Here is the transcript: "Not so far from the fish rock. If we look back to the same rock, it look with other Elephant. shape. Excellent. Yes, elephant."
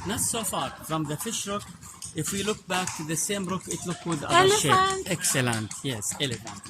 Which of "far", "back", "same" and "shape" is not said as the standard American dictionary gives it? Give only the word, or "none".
shape